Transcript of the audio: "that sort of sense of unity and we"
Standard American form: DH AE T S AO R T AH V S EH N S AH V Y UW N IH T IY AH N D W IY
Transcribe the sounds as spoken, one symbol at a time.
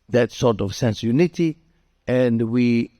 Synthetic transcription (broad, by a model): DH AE T S AO R T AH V S EH N S Y UW N IH T IY AH N D W IY